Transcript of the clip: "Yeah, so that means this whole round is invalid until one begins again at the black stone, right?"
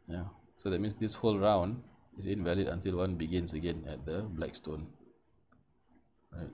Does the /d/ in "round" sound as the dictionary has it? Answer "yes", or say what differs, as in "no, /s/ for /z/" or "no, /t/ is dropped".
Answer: yes